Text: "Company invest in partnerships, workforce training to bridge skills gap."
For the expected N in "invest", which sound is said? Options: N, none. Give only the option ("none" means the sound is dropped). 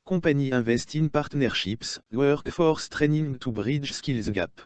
none